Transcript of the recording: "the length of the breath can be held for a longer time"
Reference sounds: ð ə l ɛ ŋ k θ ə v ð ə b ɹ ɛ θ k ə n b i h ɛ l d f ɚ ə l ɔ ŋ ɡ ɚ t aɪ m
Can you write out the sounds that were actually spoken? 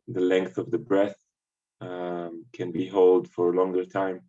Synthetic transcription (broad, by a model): ð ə l ɛ ŋ k θ ə v ð ə b ɹ ɛ θ k ə n b i h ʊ l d f ɚ ə l ɔ ŋ ɡ ɚ t aɪ m